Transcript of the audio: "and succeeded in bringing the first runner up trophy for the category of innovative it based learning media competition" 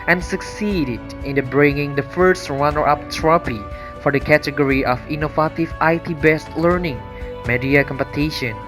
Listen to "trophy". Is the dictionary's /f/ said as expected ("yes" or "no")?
no